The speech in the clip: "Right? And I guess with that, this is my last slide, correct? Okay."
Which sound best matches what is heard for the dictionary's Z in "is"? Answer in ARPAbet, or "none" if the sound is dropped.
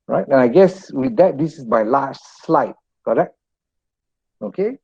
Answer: S